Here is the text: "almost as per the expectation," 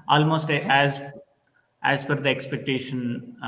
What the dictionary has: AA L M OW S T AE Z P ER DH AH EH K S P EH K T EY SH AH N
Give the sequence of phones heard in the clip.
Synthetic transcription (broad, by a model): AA L M OW S T AE Z F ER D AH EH K S P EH K T EY SH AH N